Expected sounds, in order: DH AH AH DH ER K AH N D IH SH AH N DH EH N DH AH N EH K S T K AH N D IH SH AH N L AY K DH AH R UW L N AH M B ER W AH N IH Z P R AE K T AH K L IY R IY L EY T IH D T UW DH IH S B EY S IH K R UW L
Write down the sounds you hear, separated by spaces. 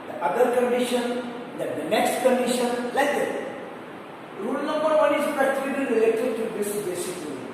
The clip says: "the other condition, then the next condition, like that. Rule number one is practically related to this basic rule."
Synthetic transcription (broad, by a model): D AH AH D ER K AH N D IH SH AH N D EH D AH N EH K S T K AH N D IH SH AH N L AY K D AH R UW L N AH M B ER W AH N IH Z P AE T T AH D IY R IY L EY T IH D T UW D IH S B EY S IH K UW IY